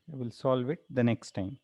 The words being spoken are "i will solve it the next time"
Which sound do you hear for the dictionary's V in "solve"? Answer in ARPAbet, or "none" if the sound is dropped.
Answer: V